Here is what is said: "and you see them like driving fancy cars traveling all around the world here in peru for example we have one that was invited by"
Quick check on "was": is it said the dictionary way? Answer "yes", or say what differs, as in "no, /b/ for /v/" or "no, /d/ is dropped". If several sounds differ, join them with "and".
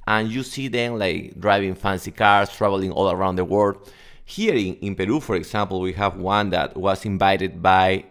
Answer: no, /s/ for /z/